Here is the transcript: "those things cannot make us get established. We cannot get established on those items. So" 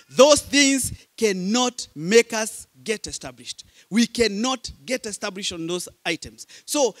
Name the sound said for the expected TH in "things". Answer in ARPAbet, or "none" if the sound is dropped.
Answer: TH